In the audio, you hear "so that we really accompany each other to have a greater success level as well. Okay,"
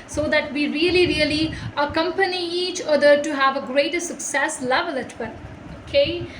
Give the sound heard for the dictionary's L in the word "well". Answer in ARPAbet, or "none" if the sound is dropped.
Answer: N